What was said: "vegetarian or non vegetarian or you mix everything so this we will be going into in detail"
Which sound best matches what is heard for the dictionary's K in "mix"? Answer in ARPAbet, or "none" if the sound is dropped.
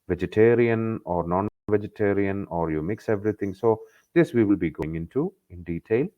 K